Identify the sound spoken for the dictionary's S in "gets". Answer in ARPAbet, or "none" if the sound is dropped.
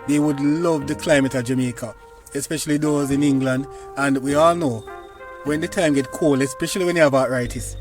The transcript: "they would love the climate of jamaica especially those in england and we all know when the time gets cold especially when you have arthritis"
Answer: none